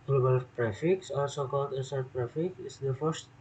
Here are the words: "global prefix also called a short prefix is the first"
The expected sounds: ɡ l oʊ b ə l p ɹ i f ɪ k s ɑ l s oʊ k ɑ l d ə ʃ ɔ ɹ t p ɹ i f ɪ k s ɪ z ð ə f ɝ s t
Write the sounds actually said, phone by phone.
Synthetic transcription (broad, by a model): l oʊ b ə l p ɹ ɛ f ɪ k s ɑ l s oʊ k ɑ l d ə s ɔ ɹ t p ɹ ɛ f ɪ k ɪ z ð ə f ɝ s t